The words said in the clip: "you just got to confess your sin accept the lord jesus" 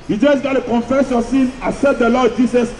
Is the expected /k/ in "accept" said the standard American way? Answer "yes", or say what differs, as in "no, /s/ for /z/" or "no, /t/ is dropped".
no, /k/ is dropped